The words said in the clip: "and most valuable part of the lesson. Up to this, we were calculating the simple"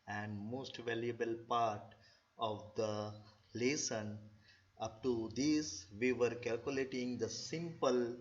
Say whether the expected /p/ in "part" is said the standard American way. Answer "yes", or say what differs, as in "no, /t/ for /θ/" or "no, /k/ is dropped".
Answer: yes